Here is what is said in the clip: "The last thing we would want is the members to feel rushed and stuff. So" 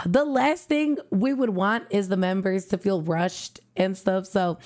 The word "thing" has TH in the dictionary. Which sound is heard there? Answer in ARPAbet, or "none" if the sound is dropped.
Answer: TH